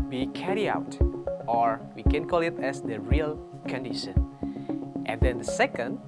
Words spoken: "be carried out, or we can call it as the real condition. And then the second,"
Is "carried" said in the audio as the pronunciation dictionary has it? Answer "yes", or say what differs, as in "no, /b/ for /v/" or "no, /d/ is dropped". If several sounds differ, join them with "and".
no, /d/ is dropped